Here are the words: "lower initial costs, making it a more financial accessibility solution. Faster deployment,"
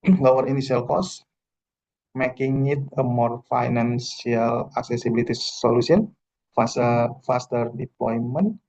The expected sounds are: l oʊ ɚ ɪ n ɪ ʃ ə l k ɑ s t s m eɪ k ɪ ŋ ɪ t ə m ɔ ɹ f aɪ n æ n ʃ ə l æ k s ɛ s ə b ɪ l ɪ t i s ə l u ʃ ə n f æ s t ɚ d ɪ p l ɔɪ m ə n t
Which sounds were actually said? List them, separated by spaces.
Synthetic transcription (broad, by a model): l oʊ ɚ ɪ n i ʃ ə l k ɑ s s m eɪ k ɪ ŋ ɪ t ə m ɔ ɹ f aɪ n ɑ n s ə l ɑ k s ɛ s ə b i l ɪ t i s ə l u s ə n f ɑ s t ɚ d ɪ p l ɔɪ m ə n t